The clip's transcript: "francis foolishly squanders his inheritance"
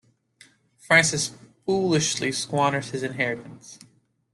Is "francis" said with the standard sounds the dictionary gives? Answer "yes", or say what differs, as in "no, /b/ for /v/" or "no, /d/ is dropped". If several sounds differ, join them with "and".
yes